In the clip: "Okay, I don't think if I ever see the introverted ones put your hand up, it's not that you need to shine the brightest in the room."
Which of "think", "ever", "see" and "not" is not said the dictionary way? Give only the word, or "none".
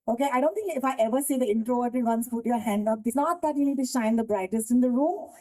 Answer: think